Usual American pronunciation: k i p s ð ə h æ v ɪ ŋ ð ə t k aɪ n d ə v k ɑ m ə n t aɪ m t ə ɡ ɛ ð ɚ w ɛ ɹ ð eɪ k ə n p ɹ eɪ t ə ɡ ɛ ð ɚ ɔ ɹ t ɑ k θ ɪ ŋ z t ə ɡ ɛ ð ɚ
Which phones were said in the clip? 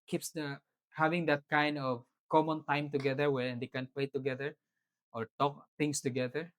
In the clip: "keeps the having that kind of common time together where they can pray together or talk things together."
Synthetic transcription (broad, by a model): k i p s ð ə h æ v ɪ ŋ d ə t k aɪ n d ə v k ɑ m ə n t aɪ m t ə ɡ ɛ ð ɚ w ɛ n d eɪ k ə n p l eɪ t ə ɡ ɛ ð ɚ ɔ ɹ t ɑ k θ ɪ ŋ s t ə ɡ ɛ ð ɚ